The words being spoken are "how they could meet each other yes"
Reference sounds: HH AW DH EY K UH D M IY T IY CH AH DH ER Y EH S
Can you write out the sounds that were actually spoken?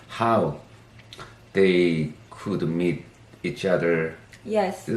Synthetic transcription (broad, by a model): HH AW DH EY K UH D M IY T IY CH AH DH ER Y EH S